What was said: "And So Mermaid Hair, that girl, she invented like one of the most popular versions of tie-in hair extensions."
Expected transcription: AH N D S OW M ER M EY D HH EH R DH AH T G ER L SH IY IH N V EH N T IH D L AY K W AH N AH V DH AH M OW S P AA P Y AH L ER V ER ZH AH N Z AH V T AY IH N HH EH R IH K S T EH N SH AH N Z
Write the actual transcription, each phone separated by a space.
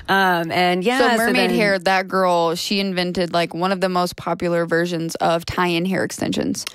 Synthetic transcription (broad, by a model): AH N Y S OW M ER M EY D HH EH R DH AH T G ER L SH IY IH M V EH N T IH D L AY K W AH N AH V DH AH M OW S P AA P Y L ER V ER ZH AH N Z AH V T AY IH N HH EH R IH K S T EH N SH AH N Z